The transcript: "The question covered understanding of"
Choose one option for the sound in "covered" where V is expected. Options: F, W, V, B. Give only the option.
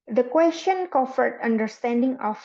F